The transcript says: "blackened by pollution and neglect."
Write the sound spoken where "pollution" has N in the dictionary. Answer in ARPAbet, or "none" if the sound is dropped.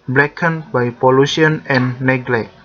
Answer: none